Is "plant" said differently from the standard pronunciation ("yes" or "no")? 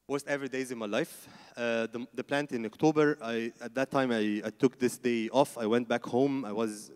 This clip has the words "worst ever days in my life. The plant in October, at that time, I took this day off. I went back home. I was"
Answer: no